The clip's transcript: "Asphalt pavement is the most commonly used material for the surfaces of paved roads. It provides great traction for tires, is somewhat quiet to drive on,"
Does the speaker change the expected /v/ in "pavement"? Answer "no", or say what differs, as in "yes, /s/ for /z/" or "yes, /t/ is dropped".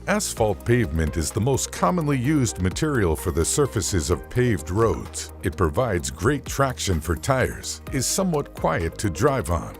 no